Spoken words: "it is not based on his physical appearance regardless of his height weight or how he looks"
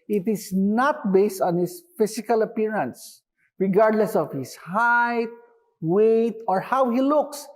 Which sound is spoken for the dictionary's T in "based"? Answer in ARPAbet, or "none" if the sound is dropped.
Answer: T